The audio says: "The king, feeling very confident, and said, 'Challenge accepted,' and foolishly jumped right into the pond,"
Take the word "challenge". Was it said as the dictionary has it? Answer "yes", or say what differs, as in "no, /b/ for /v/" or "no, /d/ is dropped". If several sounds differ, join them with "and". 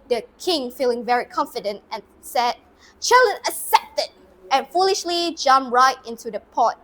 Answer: no, /dʒ/ is dropped